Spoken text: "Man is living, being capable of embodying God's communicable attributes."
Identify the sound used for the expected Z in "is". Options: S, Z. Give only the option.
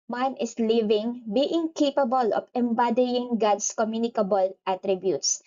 S